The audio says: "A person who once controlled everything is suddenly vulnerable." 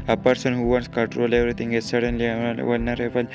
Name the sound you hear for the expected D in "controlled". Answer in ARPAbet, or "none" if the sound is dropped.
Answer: none